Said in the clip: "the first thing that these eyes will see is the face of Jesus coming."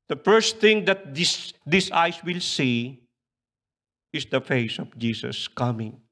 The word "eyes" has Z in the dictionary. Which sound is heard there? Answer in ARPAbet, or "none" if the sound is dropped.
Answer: S